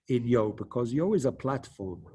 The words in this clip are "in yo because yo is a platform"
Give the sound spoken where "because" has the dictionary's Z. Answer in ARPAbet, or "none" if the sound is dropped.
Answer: Z